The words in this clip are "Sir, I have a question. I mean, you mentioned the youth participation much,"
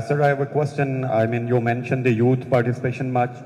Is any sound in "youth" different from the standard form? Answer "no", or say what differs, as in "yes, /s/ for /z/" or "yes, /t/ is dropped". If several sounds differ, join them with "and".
yes, /t/ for /θ/